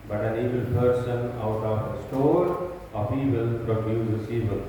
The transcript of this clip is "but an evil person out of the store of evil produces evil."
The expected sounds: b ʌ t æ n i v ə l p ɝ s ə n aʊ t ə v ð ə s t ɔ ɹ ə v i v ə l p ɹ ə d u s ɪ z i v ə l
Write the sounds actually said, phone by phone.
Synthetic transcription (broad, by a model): b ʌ t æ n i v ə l p ɝ s ə n aʊ t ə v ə s t ɔ ɹ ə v i v ə l p ɹ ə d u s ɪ s i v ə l